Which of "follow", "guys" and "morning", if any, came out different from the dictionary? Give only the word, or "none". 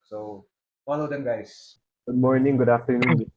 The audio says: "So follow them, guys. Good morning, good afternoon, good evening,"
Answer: guys